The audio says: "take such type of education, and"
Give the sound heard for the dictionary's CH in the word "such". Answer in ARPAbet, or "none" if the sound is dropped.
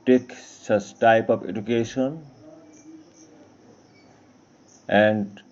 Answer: S